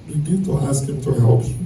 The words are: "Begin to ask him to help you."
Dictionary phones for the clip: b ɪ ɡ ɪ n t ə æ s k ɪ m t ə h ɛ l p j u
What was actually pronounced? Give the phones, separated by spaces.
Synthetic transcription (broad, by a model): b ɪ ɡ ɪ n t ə æ s k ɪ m t ə h ɛ l p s